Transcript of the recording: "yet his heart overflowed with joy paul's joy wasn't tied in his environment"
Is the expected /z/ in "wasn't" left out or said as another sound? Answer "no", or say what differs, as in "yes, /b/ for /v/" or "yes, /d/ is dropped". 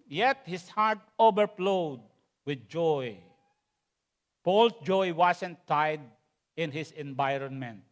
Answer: yes, /s/ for /z/